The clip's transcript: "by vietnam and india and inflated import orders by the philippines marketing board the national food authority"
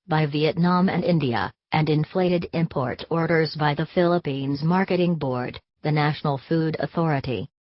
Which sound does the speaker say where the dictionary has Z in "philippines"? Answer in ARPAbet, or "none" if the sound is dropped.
Z